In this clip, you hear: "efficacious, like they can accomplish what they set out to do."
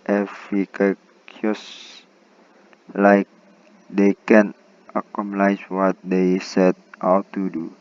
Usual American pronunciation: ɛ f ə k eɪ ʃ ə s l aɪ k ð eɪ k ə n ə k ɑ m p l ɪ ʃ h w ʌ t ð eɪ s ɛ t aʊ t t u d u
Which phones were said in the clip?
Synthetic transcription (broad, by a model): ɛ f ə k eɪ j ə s l aɪ k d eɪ k ə n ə k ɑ m l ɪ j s w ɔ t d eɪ s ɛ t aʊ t t u d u